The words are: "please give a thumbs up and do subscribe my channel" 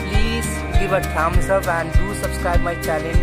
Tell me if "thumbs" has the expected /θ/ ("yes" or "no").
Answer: no